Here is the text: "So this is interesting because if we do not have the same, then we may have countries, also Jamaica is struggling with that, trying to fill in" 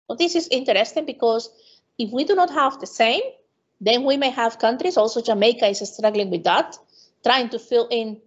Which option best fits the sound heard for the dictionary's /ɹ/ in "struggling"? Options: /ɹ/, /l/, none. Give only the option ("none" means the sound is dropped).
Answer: /ɹ/